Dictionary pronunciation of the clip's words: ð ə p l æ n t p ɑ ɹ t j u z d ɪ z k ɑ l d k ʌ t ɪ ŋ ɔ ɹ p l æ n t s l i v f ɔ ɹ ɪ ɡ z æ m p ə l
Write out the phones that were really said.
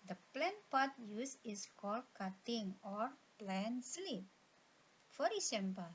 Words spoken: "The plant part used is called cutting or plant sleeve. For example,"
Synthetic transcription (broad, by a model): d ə p l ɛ n p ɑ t j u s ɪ s k ɑ l d k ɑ t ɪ ŋ ɔ ɹ p l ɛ n s l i p f ɔ ɹ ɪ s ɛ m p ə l